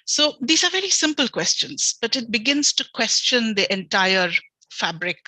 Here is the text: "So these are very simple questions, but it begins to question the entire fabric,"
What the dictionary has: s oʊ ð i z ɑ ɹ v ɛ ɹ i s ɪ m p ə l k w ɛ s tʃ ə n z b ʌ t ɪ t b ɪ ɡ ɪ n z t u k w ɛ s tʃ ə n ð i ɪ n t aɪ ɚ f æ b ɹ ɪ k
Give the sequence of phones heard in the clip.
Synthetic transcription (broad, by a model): s oʊ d i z ɑ ɹ v ɛ ɹ i s ɪ m p ə l k w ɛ s tʃ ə n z b ʌ t ɪ t b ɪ ɡ ɪ n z t u k w ɛ s tʃ ə n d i ɪ n t aɪ ɚ f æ b ɹ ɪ k